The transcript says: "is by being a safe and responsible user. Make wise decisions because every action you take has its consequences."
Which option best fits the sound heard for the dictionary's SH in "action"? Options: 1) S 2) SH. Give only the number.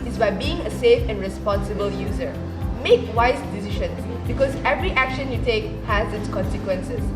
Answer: 2